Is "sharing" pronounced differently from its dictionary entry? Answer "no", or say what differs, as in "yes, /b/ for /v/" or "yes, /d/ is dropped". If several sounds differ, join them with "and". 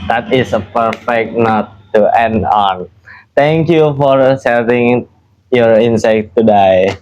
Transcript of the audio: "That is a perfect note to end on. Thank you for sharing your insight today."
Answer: yes, /s/ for /ʃ/